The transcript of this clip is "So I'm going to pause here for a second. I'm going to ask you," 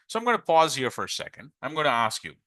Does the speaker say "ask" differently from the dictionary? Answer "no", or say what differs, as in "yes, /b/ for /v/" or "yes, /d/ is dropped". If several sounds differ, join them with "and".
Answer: no